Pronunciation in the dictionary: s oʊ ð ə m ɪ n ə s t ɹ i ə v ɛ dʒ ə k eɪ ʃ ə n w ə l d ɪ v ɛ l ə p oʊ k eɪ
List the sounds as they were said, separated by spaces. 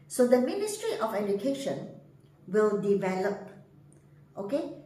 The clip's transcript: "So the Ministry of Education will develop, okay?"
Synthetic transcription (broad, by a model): s oʊ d ə m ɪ n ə s t ɹ i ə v ɛ dʒ ə k eɪ ʃ ə n w ə l d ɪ v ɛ l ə p oʊ k eɪ